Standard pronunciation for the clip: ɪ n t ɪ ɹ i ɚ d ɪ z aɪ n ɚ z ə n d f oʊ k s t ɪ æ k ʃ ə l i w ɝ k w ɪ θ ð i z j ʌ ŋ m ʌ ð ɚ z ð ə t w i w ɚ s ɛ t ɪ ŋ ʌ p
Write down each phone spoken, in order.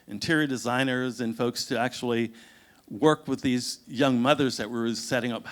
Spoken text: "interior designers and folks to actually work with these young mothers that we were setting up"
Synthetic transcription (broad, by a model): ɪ n t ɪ ɹ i d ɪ z aɪ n ɚ z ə n f oʊ k s t ɪ æ k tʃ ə l i w ɝ k w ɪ ð i z j ʌ ŋ m ʌ ð ɚ z ð ə t w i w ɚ s ɛ t ɪ ŋ ʌ p